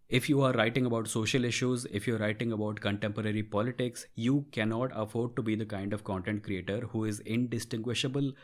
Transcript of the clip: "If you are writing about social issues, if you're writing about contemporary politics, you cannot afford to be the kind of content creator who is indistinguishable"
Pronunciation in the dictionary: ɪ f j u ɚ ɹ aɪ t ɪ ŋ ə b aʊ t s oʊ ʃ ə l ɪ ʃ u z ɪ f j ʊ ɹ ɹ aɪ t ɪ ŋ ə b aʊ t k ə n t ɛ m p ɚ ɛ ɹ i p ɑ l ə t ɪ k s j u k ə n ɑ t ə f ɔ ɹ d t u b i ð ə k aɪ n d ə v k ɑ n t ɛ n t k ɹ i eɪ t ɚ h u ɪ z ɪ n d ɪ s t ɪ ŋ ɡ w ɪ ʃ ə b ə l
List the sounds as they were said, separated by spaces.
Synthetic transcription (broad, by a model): ɪ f j u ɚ ɹ aɪ t ɪ ŋ ə b aʊ t s oʊ ʃ ə l ɪ ʃ u z ɪ f j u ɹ ɹ aɪ t ɪ ŋ ə b aʊ t k ə n t ɛ m p ɚ ɛ ɹ i p ɑ l ə t ɪ k s j u k ə n ɑ t ə f ɔ ɹ d t u b i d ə k aɪ n d ə v k ɑ n t ɛ n t k ɹ i eɪ t ɚ h u ɪ z ɪ n d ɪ s t ɪ ŋ ɡ w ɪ ʃ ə b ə l